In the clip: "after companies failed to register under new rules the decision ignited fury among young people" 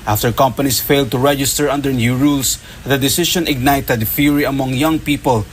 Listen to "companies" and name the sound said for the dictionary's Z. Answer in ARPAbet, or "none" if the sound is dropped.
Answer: S